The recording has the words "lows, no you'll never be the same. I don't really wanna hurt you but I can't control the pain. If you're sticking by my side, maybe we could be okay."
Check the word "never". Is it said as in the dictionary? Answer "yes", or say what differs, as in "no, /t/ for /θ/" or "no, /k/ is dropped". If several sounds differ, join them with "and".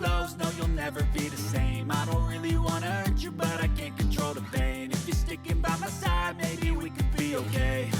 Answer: yes